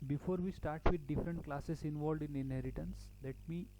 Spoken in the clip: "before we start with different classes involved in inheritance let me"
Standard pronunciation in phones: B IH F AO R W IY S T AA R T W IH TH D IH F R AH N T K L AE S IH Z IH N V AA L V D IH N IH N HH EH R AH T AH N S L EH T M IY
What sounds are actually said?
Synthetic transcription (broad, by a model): B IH F AO R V IY S T AA R T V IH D D IH F R AH N T K L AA S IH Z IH N V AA L D IH N IH N HH EH R AH T AH N S L EH T M IY